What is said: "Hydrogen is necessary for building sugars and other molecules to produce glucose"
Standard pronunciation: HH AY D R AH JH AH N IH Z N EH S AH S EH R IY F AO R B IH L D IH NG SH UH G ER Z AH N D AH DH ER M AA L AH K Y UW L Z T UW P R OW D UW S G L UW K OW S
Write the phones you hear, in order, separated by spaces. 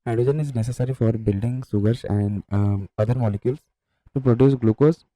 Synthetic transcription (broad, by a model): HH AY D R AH JH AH N IH Z N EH S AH S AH R IY F AO R B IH L D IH NG S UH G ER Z AH N D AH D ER M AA L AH K Y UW L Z T UW P R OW D UW S G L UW K OW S